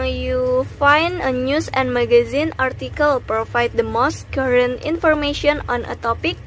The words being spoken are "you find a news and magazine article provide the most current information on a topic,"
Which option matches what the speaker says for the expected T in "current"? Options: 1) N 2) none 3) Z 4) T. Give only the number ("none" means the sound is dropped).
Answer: 4